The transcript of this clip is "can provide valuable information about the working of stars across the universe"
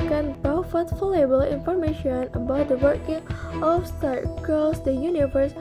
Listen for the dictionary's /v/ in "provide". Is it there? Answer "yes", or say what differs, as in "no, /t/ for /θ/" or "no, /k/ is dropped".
no, /f/ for /v/